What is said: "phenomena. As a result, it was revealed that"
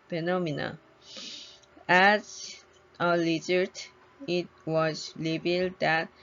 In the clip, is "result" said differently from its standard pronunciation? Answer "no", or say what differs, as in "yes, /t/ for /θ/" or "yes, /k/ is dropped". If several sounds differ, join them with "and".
yes, /l/ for /ɹ/